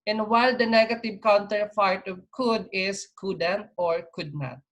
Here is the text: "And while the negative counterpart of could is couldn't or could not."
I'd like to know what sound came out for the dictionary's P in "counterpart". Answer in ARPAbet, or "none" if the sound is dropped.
F